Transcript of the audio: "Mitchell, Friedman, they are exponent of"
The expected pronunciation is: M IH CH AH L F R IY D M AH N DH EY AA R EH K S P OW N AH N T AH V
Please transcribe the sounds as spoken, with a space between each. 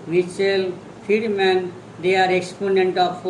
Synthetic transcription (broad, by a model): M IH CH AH L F IY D M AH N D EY AA R EH K S P OW N AH N T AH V